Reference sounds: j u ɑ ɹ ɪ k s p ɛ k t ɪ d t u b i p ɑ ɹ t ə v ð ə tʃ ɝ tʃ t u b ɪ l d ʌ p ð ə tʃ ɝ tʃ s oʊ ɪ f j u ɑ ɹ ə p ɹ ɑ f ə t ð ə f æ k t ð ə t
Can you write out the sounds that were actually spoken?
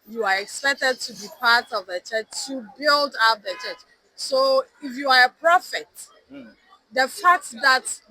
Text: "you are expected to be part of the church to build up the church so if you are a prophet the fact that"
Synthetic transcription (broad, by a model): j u ɑ ɹ ɪ k s p ɛ k t ɪ d t u b i p ɑ ɹ t ə v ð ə tʃ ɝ tʃ t u b ɪ l d ʌ p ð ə tʃ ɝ tʃ s oʊ ɪ f j u ɑ ɹ ə p ɹ ɑ f ə t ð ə f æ k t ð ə t